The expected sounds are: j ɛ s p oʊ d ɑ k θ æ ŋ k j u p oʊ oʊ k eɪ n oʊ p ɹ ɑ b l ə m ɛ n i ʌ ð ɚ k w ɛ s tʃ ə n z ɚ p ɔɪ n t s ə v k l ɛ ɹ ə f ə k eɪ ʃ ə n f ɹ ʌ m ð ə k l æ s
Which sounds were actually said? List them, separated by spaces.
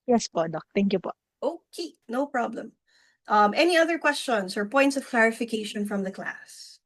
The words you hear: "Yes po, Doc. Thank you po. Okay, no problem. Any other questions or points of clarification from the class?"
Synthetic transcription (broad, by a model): j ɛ s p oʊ d ɑ k t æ ŋ k j u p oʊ oʊ k eɪ n oʊ p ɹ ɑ b l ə m ɛ n i ʌ ð ɚ k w ɛ s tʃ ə n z ɚ p ɔɪ n t s ə v k l ɛ ɹ ə f ə k eɪ ʃ ə n f ɹ ʌ m ð ə k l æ s